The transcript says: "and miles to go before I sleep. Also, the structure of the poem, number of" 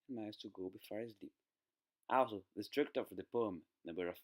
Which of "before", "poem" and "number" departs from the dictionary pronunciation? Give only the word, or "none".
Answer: number